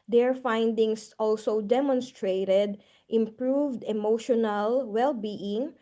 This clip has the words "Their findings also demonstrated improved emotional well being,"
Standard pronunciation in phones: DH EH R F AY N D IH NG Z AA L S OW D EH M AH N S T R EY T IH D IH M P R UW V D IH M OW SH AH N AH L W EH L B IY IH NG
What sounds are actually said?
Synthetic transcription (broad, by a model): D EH R F AY N D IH NG S AA L S OW D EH M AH N S T R EY T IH D IH M P R UW V D IH M OW SH AH N AH L W EH L B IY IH NG